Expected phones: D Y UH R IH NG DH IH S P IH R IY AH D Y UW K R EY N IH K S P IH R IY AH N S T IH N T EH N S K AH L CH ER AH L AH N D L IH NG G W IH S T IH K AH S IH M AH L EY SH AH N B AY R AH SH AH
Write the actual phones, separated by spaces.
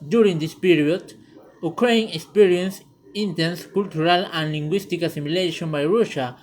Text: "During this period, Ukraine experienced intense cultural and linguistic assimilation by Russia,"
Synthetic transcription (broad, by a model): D Y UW R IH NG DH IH S P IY R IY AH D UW K R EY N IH K S P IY R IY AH N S IH N T EH N S K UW L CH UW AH L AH N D L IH NG G W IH S T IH K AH S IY M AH L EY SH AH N B AY R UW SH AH